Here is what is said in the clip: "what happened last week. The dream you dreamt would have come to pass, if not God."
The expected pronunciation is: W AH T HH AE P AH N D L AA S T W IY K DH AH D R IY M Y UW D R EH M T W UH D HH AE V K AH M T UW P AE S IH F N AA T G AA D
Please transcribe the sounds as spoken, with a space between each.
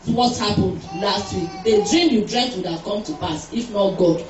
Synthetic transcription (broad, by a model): W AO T HH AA P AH N D L AA S T W IY K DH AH D R IY M Y UW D R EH T W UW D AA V K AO M T UW P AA S IH F N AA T G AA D